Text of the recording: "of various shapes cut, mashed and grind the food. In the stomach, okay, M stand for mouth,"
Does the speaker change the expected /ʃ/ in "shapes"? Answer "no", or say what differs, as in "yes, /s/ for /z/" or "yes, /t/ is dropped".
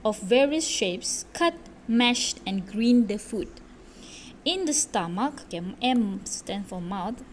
no